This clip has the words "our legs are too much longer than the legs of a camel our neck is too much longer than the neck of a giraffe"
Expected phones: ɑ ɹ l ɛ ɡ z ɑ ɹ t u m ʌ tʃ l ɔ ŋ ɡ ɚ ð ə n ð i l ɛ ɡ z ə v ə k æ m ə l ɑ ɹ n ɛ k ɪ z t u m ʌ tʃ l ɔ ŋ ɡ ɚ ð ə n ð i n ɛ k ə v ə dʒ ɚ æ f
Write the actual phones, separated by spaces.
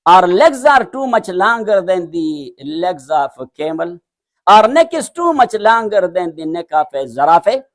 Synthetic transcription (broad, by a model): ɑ ɹ l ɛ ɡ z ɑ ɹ t u m ʌ tʃ l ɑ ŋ ɡ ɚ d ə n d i l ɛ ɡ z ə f k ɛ m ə l ɑ ɹ n ɛ k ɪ s t u m ʌ tʃ l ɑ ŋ ɡ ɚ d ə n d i n ɛ k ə f ə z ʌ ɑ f